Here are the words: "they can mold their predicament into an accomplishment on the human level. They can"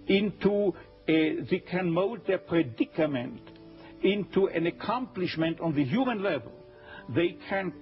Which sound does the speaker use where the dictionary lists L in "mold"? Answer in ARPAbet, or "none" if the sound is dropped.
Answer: none